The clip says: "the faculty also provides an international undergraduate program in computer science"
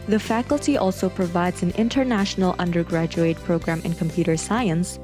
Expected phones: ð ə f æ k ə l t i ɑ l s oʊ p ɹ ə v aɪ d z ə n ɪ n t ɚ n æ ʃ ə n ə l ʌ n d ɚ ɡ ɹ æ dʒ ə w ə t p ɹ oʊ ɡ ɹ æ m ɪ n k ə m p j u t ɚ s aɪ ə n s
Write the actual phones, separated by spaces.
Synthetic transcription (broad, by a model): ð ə f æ k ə l t i ɑ l s oʊ p ɹ ə v aɪ d z ə n ɪ n t ɚ n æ ʃ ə n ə l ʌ n d ɚ ɡ ɹ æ dʒ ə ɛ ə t p ɹ oʊ ɡ ɹ æ m ɪ n k ə m p j u t ɚ s aɪ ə n s